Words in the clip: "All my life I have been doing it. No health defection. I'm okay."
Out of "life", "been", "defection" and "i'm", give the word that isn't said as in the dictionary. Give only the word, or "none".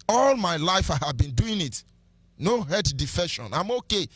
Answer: defection